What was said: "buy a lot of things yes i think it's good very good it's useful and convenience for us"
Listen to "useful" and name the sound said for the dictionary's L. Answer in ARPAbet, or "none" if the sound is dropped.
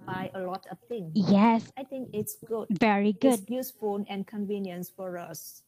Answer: N